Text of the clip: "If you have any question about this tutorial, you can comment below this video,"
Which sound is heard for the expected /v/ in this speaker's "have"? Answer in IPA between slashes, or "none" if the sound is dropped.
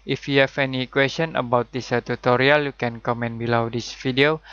/f/